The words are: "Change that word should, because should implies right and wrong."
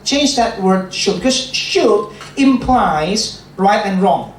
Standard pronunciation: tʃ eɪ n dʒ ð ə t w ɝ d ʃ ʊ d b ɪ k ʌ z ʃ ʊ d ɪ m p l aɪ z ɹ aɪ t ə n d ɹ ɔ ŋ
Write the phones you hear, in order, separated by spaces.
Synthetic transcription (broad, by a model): tʃ eɪ n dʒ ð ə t w ɝ d ʃ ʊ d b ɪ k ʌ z ʃ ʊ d ɪ m p l aɪ z ɹ aɪ t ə n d ɹ ɔ ŋ